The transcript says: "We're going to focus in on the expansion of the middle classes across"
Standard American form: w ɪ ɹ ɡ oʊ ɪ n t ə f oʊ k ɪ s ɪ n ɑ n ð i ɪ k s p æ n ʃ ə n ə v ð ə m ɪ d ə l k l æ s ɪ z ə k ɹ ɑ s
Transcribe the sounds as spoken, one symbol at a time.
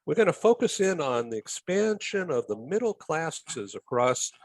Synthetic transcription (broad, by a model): w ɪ ɹ ɡ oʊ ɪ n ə f oʊ k ɪ s ɪ n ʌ n ð i ɪ k s p æ n ʃ ə n ə v ð ə m ɪ d l k l æ s ɪ z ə k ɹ ɑ s